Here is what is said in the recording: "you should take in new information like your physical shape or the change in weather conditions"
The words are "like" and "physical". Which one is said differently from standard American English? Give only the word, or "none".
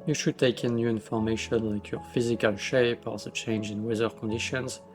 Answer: none